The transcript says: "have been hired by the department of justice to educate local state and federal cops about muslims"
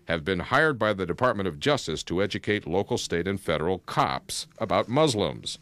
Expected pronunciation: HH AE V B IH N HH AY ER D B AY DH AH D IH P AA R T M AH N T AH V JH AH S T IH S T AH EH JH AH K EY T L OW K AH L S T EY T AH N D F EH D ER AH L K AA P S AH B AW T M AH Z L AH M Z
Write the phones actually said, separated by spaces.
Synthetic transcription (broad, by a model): HH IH V B IH N HH AY ER D B AY DH AH D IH P AA R T M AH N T AH V JH AH S T IH S T AH EH JH AH K EY T L OW K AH L S T EY T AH N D F EH D ER L K AA P S AH B AW T M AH Z L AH M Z